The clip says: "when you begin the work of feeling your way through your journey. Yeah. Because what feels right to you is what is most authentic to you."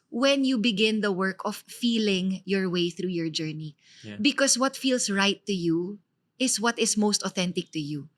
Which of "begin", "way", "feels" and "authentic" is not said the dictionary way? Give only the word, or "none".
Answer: feels